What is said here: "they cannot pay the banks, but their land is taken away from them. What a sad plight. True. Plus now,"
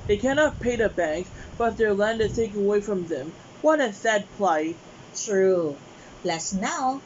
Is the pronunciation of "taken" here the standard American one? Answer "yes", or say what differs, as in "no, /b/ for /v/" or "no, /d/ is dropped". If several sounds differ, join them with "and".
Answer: no, /k/ is dropped